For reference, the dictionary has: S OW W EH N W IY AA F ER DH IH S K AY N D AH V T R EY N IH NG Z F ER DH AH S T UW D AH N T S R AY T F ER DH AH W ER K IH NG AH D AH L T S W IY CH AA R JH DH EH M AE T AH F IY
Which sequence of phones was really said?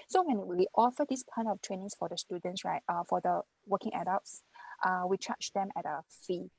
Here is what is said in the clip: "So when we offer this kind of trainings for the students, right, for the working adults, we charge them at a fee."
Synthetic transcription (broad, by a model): S OW W EH N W IY AA F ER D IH S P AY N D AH F T R EY N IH NG S F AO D AH S T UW D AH N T S R AY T F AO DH AH W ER K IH NG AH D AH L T S W IY CH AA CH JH EH M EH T AH F IY